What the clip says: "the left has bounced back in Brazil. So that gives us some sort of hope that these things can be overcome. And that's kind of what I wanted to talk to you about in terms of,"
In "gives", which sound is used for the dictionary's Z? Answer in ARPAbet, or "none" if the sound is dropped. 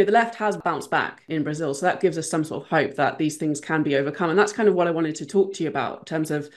Z